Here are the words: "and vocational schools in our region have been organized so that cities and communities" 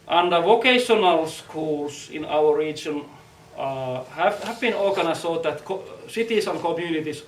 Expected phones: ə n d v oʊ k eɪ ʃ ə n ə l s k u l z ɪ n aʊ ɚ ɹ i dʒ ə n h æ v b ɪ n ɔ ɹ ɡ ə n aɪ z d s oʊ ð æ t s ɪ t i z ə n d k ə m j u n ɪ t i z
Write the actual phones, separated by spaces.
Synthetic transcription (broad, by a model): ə n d v oʊ k eɪ ʃ ə n ə l s k u l s ɪ n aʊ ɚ ɹ i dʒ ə n h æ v b ɪ n ɔ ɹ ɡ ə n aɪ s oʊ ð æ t s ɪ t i s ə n k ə m j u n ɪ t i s